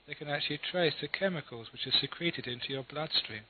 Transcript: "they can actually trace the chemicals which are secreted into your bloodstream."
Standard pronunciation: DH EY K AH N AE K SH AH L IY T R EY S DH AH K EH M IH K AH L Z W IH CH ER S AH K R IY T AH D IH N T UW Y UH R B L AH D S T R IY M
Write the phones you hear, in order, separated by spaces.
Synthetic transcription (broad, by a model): DH EY K AH N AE K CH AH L IY T R EY S DH AH K EH M IH K AH L Z W IH CH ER S AH K R IY T AH D IH N T UW Y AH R B L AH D S T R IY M